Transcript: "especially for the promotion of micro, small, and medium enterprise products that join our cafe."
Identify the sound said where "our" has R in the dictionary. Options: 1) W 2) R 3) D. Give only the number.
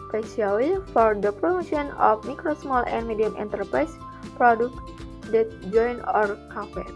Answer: 2